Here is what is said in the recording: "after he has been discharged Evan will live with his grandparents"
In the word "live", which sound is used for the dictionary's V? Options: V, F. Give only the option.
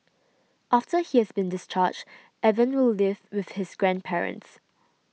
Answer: V